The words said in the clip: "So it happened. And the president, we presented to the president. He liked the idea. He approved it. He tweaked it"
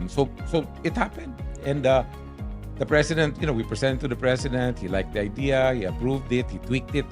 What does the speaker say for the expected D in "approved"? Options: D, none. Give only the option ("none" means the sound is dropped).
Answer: D